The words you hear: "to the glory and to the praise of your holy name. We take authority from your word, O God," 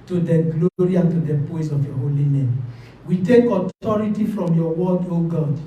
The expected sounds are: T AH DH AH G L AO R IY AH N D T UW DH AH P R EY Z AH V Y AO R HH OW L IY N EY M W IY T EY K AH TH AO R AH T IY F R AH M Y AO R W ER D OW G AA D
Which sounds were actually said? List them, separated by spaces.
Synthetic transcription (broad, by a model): T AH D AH G L AO R IY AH N T UW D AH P AO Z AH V Y AO HH OW L IY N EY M W IY T EY K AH T AO R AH T IY F R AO M Y AO W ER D OW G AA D